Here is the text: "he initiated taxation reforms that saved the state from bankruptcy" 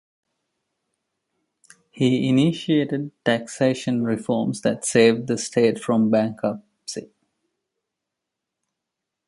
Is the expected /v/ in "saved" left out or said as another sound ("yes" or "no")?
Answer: no